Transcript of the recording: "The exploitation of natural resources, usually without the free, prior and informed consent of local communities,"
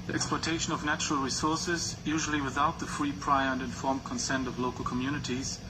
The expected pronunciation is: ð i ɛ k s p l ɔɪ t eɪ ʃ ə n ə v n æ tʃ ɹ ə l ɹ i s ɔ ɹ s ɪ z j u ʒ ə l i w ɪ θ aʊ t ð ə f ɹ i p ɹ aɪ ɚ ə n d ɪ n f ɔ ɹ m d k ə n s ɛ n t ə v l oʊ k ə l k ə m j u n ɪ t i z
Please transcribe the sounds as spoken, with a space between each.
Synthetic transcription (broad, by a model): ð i ɛ k s p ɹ t eɪ ʃ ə n ə v n æ tʃ ɹ ə l ɹ i s ɔ ɹ s ɪ z j u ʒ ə l i w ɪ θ aʊ t ð ə f ɹ i p ɹ aɪ ɚ ə n d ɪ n f ɔ ɹ m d k ə n s ɛ n t ə v l oʊ k ə l k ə m j u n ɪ t i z